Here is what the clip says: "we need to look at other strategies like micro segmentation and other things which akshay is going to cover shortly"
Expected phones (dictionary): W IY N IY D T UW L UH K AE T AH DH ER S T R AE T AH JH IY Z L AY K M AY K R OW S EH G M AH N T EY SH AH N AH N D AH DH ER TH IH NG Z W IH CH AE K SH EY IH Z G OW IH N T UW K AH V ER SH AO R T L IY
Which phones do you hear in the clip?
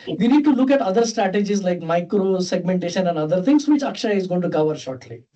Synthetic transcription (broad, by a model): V IY N IY D T UW L UH K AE T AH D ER S T R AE T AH JH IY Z L AY K M AY K R OW S EH G M AH N T EY SH AH N AH N D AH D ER T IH NG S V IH CH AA K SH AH IH Z G OW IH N T UW K AH V ER SH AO R T L IY